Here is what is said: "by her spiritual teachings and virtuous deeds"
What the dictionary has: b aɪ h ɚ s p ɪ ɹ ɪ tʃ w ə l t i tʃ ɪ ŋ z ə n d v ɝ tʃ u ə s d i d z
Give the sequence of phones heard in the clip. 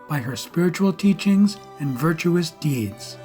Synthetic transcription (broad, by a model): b aɪ h ɚ s p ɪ ɹ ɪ tʃ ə l t i tʃ ɪ ŋ z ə n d v ɝ tʃ u ə s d i d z